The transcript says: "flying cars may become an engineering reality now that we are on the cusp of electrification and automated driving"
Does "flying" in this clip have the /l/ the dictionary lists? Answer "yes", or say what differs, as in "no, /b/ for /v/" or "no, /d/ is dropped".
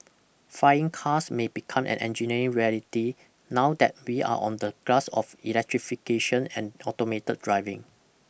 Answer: no, /l/ is dropped